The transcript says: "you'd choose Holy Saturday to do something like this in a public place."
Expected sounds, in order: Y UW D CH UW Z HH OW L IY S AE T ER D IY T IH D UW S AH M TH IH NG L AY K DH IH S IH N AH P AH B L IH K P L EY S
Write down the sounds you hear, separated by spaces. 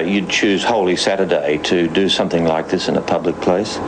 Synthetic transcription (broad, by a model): Y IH D CH UW Z HH OW L IY S AE T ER D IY T IH D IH S AH M TH IH NG L AY K DH IH S IH N AH P AH B L IH K P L EY S